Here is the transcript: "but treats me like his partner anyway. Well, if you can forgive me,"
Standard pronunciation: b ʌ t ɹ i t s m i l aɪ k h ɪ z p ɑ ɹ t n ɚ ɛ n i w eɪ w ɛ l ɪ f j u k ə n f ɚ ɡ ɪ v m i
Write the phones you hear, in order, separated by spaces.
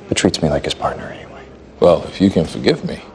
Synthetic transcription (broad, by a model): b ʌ t ɹ i t s m i l aɪ k h ɪ z p ɑ ɹ t n ɚ ɛ n i w eɪ w ɛ l ɪ f j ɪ k ə n f ɚ ɡ ɪ v m i